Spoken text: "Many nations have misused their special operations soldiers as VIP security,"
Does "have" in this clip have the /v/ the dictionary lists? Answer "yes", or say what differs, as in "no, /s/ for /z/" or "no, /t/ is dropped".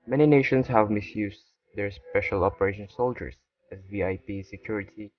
yes